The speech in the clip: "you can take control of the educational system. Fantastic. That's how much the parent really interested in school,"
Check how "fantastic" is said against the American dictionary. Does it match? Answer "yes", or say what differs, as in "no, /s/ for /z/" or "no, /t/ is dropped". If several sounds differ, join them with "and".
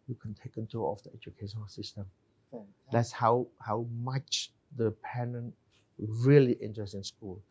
no, /n/ is dropped